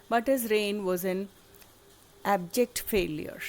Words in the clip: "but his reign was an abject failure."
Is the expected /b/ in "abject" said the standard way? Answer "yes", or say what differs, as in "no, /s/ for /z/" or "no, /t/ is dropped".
yes